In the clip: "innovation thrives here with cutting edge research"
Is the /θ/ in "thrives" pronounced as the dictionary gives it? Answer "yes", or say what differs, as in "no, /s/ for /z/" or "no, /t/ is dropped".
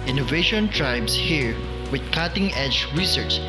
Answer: no, /t/ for /θ/